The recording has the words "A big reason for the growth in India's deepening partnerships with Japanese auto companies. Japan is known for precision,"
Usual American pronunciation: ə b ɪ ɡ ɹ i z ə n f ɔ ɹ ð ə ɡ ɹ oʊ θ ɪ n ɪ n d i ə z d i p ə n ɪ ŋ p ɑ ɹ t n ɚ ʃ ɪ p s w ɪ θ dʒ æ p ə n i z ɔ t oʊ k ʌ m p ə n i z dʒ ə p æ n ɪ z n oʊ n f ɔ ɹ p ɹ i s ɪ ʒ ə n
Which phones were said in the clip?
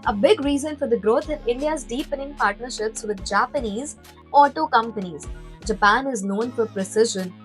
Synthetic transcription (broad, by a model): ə b ɪ ɡ ɹ i z ə n f ɔ ɹ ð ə ɡ ɹ oʊ t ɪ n ɪ n d i ə z d i p ə n ɪ ŋ p ɑ ɹ t n ɚ ʃ ɪ p s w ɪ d dʒ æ p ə n i z ɔ t oʊ k ʌ m p ə n i z dʒ ə p æ n ɪ z n oʊ n f ɔ ɹ p ɹ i s ɪ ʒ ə n